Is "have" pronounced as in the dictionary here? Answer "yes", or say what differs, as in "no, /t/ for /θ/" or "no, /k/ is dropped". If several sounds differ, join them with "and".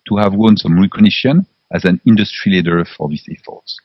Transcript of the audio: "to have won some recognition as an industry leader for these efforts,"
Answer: yes